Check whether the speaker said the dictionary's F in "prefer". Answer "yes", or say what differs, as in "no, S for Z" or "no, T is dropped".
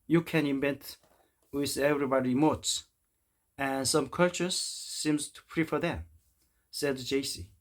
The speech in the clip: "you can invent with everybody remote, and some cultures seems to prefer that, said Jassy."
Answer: yes